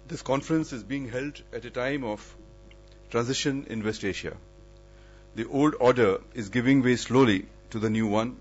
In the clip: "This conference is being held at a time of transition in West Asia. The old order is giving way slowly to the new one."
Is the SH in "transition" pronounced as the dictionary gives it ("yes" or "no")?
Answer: yes